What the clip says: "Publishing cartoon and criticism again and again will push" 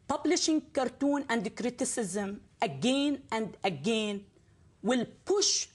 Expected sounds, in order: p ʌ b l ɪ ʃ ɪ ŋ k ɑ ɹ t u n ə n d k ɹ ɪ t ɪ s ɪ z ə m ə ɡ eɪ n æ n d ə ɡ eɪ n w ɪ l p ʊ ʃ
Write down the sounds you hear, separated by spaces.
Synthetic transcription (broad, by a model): p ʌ b l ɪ ʃ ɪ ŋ k ɑ ɹ t u n ə n d k ɹ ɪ t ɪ s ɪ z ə m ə ɡ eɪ n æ n d ə ɡ eɪ n w ɪ l p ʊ ʃ